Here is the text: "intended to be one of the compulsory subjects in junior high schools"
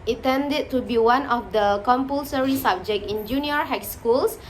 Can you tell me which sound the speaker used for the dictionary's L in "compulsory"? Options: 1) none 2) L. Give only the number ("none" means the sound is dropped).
2